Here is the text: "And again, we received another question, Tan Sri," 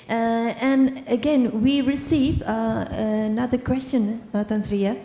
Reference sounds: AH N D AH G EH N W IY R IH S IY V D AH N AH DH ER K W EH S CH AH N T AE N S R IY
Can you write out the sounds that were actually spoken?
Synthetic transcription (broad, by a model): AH N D AH G EH N W IY R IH S IY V AH N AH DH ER K W EH S CH AH N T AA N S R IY